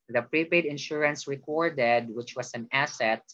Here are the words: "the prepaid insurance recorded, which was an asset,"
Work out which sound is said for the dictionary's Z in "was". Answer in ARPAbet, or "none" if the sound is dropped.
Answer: S